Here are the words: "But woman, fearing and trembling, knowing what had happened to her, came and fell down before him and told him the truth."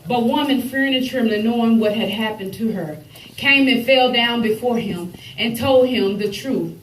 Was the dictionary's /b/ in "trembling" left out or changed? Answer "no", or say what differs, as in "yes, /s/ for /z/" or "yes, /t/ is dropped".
yes, /b/ is dropped